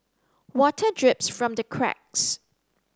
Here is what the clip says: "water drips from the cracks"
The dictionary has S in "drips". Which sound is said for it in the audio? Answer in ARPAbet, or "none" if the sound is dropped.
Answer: S